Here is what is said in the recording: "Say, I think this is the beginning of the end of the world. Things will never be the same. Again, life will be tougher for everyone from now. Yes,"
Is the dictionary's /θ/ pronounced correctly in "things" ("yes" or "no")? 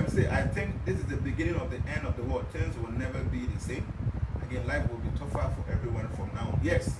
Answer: no